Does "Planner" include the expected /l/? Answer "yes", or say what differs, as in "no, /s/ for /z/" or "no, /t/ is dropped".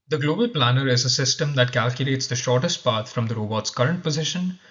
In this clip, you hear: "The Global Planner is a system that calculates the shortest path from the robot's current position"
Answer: yes